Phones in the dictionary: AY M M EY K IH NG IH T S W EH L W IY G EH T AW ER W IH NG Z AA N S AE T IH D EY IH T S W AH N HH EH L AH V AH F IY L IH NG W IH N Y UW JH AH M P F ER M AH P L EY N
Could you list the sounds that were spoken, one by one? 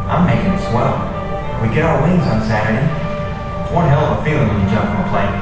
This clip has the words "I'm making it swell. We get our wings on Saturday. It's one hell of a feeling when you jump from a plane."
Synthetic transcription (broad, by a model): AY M M EY K IH NG IH T S W EH L W IY G EH T AW ER W IH NG Z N S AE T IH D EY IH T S W AH N HH EH L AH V AH F IY L IH NG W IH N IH JH AH M P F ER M AH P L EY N